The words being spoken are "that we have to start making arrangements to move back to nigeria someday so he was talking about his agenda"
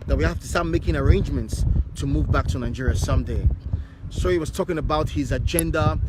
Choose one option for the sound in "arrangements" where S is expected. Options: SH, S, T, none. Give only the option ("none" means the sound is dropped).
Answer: S